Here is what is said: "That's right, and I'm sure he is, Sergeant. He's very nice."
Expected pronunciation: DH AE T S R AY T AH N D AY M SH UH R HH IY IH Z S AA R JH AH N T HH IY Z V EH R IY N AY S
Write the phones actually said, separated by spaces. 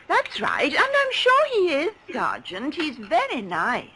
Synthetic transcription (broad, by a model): DH AE T S R AY T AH N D AY M SH UH R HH IY IH Z S AA R JH AH N T HH IY Z V EH R IY N AY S